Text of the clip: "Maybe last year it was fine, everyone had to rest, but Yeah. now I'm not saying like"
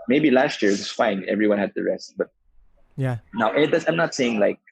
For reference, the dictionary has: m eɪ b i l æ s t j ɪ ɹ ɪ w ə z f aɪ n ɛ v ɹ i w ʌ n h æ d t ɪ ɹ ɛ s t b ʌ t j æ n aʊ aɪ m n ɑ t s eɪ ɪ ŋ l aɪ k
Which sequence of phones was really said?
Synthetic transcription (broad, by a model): m eɪ b i l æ s t j ɪ ɹ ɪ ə s f aɪ n ɛ v ɹ i w ʌ n h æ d t ɪ ɹ ɛ s t b ʌ t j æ n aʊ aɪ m n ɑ t s eɪ ɪ ŋ l aɪ k